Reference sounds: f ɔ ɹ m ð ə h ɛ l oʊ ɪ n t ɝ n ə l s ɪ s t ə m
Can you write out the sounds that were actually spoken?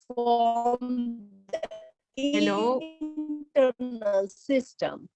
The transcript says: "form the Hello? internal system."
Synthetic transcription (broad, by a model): f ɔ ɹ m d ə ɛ n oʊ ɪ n t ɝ n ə l s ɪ s t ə m